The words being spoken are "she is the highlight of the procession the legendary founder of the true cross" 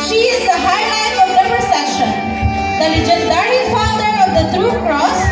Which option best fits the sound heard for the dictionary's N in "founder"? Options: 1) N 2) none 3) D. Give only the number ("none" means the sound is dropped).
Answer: 2